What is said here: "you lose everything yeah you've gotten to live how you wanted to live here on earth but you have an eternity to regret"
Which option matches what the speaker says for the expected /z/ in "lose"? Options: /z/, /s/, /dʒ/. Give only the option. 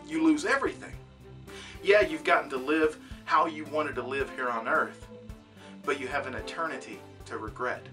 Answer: /z/